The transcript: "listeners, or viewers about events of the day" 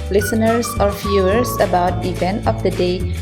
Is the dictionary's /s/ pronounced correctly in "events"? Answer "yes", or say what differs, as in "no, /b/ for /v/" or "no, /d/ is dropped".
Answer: no, /s/ is dropped